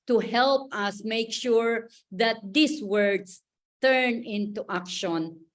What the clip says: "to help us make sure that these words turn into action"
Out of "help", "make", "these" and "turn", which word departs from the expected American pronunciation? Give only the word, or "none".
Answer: these